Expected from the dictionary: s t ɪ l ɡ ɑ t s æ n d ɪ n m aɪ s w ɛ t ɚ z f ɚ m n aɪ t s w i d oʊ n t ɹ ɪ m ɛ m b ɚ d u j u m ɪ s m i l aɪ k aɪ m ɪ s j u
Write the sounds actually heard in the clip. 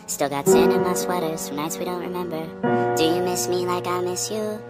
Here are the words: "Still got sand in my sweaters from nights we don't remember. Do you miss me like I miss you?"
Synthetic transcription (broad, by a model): s t ɪ l ɡ ɑ t s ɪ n ɪ n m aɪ s w ɛ t ɚ z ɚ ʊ n aɪ t s w i d oʊ n t ɹ ɪ m ɛ m b ɚ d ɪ j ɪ m ɪ s m i l aɪ k aɪ m ɪ s j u